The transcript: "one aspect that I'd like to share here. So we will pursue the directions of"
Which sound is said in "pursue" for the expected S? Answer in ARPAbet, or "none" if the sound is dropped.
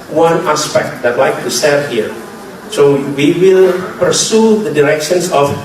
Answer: S